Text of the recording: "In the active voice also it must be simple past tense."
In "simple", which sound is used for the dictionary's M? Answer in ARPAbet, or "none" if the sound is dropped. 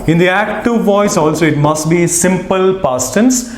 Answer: M